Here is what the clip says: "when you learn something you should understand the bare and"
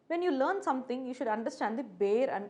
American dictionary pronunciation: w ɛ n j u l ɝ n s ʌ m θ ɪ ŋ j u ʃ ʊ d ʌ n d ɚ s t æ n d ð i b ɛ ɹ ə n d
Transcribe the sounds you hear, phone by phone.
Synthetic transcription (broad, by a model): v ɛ n j u l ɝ n s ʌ m t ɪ ŋ j u ʃ ʊ d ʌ n d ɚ s t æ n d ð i b ɛ ɹ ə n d